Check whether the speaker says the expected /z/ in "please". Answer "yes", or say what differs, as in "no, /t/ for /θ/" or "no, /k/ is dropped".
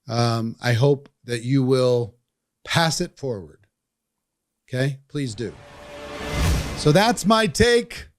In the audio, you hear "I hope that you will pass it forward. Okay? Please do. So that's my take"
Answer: yes